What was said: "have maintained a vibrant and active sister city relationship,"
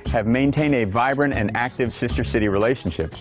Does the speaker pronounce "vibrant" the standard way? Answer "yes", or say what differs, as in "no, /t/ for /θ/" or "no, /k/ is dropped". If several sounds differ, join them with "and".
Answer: yes